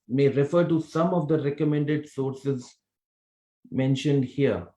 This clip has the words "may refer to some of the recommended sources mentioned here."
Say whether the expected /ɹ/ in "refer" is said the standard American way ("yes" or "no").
yes